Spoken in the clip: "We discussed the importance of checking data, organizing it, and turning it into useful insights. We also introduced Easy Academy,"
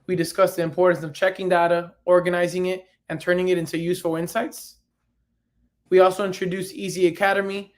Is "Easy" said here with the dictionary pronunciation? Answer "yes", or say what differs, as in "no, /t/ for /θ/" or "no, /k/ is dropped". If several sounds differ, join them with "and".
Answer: yes